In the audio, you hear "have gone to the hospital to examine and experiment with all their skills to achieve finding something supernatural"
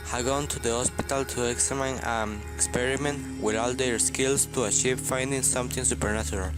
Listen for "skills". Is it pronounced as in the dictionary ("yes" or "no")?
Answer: no